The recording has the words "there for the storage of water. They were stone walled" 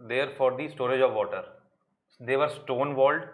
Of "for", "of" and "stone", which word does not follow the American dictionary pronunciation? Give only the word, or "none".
none